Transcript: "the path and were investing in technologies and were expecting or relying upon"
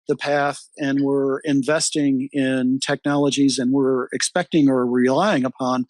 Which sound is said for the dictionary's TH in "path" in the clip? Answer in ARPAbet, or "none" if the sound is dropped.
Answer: TH